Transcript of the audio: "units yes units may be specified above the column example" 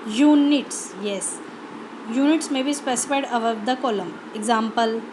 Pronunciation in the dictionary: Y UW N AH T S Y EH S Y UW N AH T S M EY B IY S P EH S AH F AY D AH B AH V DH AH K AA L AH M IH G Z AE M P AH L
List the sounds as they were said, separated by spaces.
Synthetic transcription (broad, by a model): Y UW N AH T S Y EH S Y UW N AH T S M EY B IY S P EH S AH F AY D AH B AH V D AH K AA L AH M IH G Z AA M P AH L